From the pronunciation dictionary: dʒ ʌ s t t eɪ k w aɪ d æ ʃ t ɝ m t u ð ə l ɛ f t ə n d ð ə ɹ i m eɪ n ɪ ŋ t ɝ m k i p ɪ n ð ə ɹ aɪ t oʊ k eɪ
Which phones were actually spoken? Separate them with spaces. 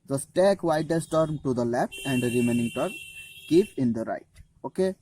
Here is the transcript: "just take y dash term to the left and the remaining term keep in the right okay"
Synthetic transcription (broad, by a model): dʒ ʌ s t t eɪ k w aɪ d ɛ s t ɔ m t u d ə l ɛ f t ə n d ɹ i m eɪ n ɪ ŋ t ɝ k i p ɪ n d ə ɹ aɪ t oʊ k eɪ